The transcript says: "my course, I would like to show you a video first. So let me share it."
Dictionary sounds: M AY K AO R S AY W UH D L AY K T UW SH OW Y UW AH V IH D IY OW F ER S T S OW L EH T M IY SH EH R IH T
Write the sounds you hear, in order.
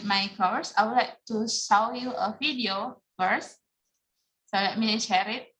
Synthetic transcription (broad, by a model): M AY K AO R S AY W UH D L AY K T UW S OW Y UW AH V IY D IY OW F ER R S S OW L EH T M IY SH EH R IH T